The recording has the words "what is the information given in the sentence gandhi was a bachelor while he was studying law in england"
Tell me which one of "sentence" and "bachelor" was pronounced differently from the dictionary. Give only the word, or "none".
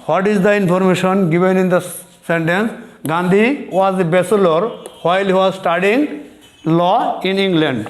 bachelor